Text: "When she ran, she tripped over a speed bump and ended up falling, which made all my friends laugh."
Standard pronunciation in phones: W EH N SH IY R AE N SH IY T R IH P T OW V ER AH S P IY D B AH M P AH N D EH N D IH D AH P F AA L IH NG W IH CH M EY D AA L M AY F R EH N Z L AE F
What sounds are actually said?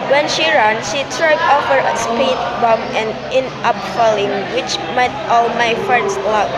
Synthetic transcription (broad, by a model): W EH N SH IY R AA N SH IY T R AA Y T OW F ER AH S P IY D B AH M AH N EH N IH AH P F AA L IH NG W IH CH M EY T AA L M AY F R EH N S L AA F